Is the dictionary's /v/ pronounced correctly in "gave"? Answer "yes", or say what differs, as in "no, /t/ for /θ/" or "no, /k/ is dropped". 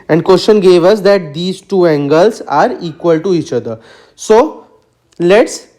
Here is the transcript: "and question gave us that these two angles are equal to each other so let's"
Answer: yes